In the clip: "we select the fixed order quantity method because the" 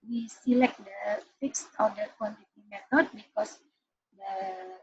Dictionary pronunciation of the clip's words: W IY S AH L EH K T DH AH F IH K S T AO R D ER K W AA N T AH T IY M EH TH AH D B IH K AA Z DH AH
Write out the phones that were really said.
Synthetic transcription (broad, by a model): W IY S AH L EH K T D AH F IH K S T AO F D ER K W AA N T AH T IY M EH T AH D B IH K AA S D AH